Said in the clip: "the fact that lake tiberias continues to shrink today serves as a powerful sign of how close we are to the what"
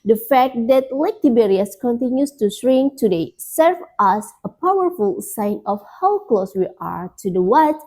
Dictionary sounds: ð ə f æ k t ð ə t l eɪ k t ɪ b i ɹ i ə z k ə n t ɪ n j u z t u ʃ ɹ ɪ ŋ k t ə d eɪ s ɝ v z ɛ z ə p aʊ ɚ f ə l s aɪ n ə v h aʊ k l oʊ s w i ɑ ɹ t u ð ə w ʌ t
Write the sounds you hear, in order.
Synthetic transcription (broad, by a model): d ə f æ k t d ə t l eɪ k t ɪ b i ɹ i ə s k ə n t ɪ n j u s t u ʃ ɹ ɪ ŋ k t ə d eɪ s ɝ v ɑ s ə p aʊ ɚ f ə l s aɪ n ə f h aʊ k l oʊ s w i ɑ ɹ t u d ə w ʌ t